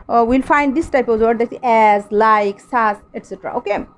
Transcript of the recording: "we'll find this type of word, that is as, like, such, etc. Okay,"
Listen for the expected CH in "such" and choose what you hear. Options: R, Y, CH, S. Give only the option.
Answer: S